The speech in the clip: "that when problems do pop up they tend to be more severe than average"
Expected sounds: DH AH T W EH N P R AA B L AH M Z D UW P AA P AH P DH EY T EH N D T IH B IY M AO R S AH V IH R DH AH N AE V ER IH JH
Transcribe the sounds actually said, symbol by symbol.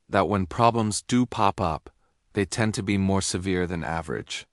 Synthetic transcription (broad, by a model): DH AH T W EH N P R AA B L AH M Z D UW P AA P AH P DH EY T EH N T IH B IY M AO R S AH V IH R DH AH N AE V ER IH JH